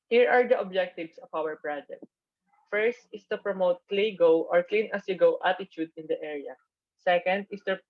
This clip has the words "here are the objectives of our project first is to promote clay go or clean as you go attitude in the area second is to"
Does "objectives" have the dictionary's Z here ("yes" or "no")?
no